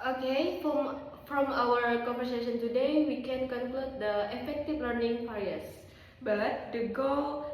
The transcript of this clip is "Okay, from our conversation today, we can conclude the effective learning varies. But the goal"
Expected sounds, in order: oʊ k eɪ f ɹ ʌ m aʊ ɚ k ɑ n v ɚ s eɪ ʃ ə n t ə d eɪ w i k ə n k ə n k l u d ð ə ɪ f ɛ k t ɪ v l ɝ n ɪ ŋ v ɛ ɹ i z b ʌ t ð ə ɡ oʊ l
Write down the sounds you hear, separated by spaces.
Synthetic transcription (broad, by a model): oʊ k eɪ f ɹ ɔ m aʊ ɚ k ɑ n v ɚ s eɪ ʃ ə n t ə d eɪ w i k ə n k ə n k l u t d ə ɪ f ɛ k t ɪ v l ɝ n ɪ ŋ p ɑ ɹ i s b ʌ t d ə ɡ oʊ